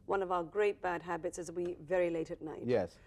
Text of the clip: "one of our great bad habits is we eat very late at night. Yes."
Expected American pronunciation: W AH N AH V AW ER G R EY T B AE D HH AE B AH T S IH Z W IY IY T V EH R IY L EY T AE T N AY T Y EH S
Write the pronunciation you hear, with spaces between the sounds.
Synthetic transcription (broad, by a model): W AH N AH V AW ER G R EY T B AE D HH AE B AH T S IH Z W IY IY V EH R IY L EY T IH T N AY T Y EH S